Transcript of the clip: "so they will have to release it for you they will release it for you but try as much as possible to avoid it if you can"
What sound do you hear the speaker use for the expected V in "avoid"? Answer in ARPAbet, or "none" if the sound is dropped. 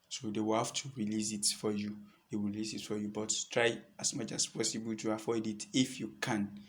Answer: F